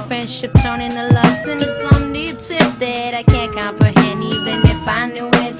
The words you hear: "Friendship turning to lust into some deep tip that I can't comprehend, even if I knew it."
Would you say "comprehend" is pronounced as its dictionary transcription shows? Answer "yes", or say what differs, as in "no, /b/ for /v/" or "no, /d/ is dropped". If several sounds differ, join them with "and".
no, /d/ is dropped